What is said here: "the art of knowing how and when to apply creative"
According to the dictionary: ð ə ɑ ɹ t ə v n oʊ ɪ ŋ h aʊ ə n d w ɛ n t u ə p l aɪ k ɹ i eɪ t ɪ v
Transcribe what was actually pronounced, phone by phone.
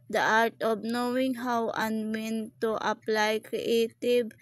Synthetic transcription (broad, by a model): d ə ɑ ɹ t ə b n oʊ ɪ ŋ h aʊ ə n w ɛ n t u ə p l aɪ k ɹ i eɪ t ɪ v